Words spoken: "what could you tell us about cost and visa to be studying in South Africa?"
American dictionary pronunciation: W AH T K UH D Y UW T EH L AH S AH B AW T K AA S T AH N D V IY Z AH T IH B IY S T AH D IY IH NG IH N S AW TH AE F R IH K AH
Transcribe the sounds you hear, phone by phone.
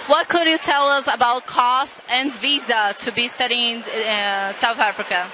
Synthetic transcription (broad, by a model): W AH T K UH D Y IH T EH L AH S AH B AW T K AA S T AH N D V IY Z AH T IH B IY S T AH D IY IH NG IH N S AW TH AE F R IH K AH